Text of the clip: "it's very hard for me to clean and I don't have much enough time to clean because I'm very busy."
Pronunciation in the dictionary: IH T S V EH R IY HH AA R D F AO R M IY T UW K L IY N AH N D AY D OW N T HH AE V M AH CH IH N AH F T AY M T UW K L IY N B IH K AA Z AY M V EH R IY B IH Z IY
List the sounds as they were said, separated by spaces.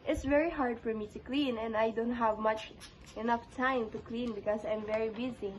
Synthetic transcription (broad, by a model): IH T S V EH R IY HH AA R D F AO R M IY T UW K L IY N AH N D AY D OW N T HH AE V M AH CH IH N AH F T AY M T UW K L IY N B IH K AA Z AY M V EH R IY B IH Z IY